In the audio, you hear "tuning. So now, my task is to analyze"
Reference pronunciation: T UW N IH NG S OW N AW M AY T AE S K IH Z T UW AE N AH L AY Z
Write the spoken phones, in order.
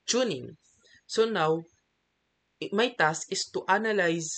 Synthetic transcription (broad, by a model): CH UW N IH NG S OW N AW M AY T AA S IH S T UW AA N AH L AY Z